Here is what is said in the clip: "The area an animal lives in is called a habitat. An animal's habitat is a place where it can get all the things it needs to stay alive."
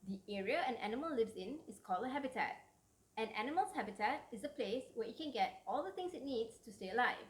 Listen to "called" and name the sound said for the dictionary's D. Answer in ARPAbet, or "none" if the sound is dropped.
none